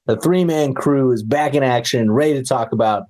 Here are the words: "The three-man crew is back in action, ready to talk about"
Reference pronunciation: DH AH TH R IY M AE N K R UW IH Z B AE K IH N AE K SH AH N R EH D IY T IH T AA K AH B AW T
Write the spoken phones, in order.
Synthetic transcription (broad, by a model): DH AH TH R IY M AE N K R UW IH Z B AE K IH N AE K SH AH N R EH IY T IH T AA K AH B AW T